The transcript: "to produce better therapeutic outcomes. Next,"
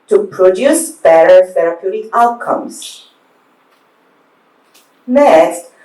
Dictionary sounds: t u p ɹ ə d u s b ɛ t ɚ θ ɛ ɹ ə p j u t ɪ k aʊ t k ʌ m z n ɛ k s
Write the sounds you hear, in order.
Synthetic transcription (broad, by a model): t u p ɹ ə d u s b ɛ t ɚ f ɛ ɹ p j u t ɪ aʊ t k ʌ m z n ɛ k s